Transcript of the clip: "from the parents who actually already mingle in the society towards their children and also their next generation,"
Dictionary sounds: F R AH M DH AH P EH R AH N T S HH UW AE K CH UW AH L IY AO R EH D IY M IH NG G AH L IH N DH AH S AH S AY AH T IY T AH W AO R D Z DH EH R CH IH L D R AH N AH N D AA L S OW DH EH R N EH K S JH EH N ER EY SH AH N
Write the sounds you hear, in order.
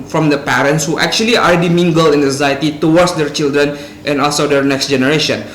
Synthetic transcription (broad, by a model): F R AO M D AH P EH R AH N T S HH UW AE K CH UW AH L IY AO R EH D IY M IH NG G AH L IH N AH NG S AY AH T IY T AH W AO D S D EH R CH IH L D R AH N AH N AA L S OW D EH R N EH K S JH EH N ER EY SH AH N